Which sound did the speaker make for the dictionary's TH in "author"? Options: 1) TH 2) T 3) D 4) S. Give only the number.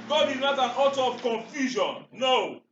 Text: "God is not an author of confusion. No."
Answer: 2